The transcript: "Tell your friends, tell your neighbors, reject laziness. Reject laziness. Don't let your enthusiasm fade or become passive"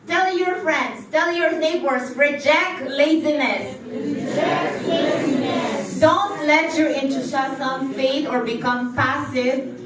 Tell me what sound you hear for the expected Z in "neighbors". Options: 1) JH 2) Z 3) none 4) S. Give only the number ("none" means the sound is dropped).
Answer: 3